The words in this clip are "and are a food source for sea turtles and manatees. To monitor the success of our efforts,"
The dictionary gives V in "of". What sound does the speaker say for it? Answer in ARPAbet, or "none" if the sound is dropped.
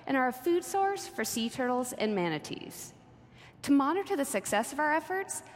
V